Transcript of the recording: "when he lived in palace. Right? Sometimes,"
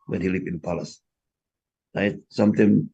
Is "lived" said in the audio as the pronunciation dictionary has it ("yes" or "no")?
no